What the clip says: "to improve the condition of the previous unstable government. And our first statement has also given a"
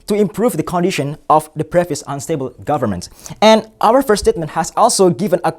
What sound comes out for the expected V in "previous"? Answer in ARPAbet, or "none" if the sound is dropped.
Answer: F